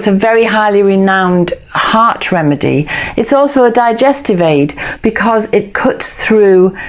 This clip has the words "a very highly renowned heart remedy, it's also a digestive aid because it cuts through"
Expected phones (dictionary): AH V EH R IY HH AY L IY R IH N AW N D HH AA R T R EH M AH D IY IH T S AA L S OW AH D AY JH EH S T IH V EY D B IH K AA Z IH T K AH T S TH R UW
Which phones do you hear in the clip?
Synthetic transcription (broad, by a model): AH V EH R IY HH AY L IY R IH N AW N D HH AA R T R EH M AH D IY IH T S AA L S OW AH D AY JH EH S T IH V EY D B IH K AA Z IH T K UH T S TH R UW